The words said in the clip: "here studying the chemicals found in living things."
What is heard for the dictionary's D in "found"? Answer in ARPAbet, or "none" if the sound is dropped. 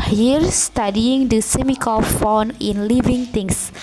none